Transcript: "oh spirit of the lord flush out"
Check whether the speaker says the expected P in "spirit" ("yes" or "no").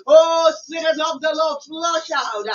no